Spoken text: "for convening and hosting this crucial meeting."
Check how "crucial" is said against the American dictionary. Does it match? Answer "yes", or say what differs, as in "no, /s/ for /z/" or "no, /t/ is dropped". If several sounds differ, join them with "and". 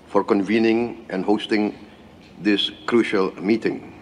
yes